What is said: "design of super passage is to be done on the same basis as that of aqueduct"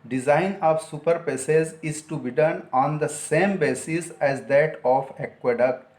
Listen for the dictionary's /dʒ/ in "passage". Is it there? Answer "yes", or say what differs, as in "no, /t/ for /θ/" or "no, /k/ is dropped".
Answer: no, /z/ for /dʒ/